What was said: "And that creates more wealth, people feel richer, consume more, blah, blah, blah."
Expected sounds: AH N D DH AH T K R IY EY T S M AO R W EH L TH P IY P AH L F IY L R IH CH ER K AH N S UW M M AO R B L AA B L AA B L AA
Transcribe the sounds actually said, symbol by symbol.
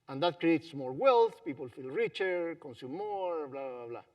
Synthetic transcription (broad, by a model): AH N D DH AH T K R IY EY T S M AO R W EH L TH P IY P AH L F IY L R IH CH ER K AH N S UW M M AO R B L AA B L AA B L AA